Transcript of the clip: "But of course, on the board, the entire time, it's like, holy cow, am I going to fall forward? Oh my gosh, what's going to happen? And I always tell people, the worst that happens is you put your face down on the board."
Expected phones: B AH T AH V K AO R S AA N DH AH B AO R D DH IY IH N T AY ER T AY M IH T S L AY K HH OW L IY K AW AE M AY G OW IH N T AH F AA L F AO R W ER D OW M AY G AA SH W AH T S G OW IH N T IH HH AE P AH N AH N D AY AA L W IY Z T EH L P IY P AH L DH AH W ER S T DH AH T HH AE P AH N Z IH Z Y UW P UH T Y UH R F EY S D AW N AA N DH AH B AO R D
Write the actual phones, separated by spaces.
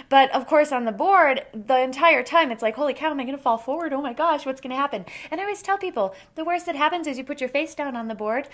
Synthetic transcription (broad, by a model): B AH T AH V K AO R S N DH AH B AO R D DH IY IH N T AY ER T AY M IH T S L AY K HH OW L IY K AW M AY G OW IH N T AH F AA L F AO R W ER D OW M AY G AA SH W AH T S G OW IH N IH HH AE P AH N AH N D AY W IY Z T EH L P IY P L DH AH W ER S DH AH T HH AE P AH N Z IH Z Y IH P UH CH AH R F EY S D AW N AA N DH AH B AO R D